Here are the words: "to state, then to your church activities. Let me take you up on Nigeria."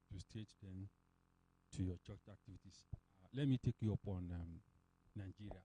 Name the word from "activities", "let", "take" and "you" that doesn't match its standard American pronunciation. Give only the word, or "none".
activities